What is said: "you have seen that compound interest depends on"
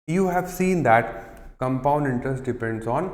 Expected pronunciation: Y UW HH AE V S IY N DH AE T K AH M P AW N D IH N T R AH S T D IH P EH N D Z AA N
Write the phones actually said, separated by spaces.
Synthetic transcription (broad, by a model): Y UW HH AE V S IY N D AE T K AH M P AW N D IH N T R AH S T D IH P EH N D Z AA N